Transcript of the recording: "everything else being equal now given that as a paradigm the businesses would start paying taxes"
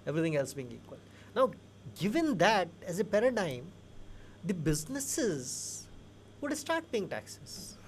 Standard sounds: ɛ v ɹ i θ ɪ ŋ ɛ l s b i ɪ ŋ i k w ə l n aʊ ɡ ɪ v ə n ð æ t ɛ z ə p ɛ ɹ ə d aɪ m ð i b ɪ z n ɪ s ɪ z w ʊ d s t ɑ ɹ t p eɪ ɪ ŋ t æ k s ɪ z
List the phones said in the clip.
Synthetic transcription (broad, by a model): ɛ v ɹ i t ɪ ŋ ɛ l s b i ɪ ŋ i k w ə l n aʊ ɡ ɪ v ə n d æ t ɛ z ə p ɛ ɹ ə d aɪ m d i b ɪ z n ɪ s ɪ z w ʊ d s t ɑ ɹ t b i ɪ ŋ t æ k s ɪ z